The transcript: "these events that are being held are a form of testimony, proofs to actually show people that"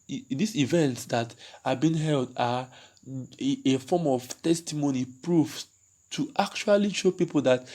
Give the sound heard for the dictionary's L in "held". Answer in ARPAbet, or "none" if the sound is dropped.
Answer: L